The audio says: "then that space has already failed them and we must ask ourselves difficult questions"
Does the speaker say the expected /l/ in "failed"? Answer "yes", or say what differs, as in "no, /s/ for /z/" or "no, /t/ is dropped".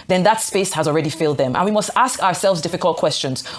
yes